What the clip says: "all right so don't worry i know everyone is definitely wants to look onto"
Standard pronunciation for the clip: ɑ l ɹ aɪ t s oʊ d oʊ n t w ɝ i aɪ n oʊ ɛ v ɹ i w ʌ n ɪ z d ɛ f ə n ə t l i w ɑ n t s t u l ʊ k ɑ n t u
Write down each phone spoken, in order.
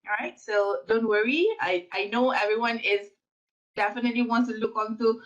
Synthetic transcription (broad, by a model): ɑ ɹ aɪ t s oʊ d oʊ n t w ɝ i aɪ n oʊ ɛ v ɹ i w ʌ n ɪ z d ɛ f ə n ə t l i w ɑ n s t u l ʊ k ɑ n t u